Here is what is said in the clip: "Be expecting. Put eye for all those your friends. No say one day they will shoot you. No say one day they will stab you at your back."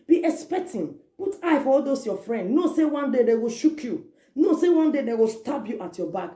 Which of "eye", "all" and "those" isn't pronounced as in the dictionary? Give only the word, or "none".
those